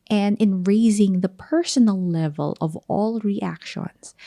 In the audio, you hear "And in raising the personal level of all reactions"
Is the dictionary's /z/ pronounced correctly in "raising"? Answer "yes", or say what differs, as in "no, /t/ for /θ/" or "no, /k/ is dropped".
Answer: yes